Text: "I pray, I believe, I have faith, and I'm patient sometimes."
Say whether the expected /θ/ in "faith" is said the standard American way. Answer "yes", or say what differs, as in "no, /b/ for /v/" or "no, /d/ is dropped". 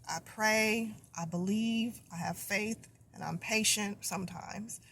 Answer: yes